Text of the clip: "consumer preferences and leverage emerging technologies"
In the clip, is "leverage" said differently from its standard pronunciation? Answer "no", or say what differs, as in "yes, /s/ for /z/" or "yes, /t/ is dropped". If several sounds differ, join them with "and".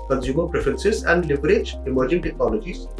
yes, /b/ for /v/